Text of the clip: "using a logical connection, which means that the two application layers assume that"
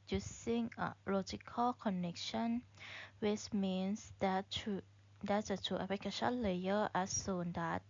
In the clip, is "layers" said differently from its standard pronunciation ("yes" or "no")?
yes